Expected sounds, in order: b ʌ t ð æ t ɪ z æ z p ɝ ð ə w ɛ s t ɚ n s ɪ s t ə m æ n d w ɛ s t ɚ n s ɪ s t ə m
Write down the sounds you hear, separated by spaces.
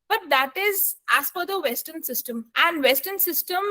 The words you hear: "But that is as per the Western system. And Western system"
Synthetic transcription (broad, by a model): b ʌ t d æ t ɪ z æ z f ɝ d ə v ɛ s t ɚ n s ɪ s t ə m æ n d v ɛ s t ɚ n s ɪ s t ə m